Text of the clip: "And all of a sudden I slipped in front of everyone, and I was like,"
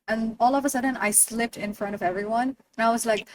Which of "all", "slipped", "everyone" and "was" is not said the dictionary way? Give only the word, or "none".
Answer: none